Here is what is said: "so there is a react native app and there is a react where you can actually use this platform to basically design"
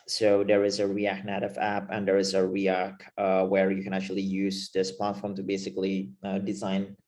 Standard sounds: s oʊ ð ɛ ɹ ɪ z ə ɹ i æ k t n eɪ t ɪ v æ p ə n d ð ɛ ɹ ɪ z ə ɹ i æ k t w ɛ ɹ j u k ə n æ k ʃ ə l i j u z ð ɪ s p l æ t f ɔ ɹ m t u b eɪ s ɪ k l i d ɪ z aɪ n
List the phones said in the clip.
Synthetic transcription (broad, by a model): s oʊ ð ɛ ɹ ɪ z ə ɹ i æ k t n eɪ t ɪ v æ p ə n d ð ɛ ɹ ɪ z ə ɹ i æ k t w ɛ ɹ j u k ə n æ k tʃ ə l i j u z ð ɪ s p l æ t f ɔ ɹ m t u b eɪ s ɪ k l i d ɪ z aɪ n